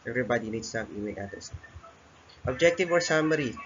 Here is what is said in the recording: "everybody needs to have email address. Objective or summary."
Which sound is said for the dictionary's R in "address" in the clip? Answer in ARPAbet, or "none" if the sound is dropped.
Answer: none